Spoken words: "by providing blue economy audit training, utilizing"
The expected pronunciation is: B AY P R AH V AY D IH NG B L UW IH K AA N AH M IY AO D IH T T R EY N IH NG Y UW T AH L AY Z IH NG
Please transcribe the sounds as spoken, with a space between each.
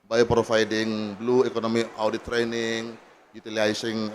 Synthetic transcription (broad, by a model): B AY P R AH F AY D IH NG B L UW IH K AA N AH M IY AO D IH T T R EY N IH NG Y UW T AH L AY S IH NG